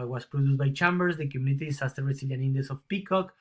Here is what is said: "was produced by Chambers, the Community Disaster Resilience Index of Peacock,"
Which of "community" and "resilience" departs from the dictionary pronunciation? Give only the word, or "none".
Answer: resilience